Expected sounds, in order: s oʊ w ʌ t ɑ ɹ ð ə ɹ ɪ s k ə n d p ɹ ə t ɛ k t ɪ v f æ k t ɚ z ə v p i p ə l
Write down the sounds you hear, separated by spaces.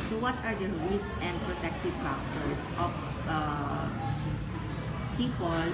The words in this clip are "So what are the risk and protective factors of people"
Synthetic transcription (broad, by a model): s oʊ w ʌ t ɑ ɹ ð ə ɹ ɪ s ə n d p ɹ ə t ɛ k t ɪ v p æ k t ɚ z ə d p i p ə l